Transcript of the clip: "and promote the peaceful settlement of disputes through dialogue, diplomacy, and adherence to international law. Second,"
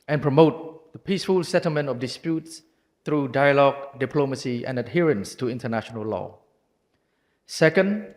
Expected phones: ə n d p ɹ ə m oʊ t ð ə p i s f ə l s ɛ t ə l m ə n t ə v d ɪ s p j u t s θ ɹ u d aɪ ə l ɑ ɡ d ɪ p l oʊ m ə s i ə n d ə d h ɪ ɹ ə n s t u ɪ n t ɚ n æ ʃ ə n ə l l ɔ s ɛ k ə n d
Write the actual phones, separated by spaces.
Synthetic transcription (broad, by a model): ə n p ɹ ə m oʊ t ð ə p i s f ə l s ɛ t ə l m ə n t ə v d ɪ s p j u t s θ ɹ u d aɪ ə l ɑ ɡ d ɪ p l oʊ m ə s i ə n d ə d h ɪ ɹ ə n s t u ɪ n t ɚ n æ ʃ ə n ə l l ɔ s ɛ k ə n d